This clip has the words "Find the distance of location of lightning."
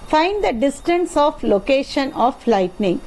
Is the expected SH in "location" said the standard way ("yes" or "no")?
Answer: yes